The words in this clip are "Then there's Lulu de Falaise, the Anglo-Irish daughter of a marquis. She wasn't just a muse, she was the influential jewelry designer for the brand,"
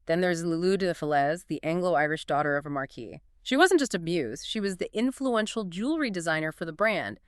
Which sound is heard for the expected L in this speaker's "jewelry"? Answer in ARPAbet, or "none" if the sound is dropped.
L